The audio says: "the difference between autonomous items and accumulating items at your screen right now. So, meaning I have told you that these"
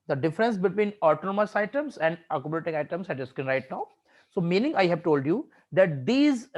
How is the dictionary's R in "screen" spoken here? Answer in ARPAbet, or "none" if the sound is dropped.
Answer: none